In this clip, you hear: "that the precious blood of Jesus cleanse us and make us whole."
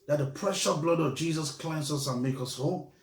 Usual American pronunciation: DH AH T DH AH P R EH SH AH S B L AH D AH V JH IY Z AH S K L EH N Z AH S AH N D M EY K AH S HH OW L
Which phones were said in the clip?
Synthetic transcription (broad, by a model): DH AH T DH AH P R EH SH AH B L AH D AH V JH IY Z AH S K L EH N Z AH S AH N M EY K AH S HH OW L